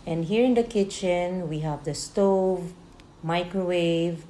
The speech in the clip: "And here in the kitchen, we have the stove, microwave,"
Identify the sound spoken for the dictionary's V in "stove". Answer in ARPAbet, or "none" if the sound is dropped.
V